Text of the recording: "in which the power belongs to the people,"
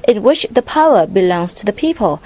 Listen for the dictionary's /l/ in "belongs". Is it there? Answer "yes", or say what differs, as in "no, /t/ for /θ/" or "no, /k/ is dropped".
yes